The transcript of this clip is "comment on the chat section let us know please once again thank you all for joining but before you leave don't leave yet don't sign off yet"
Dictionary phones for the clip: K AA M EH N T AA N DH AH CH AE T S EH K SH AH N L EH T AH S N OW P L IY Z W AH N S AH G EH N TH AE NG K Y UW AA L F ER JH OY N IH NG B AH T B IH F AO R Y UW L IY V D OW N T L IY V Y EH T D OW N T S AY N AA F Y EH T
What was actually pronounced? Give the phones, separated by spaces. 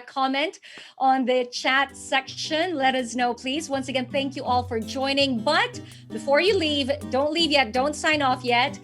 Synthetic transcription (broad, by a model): K AA M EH N T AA N DH AH CH AE T S EH K SH AH N L EH T AH S N OW P L IY Z W AH N S AH G EH N TH AE NG K Y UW AA L F ER JH OY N IH NG B AH T B IH F AO R Y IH L IY V D OW N T L IY V Y EH T D OW N T S AY N AA F Y EH T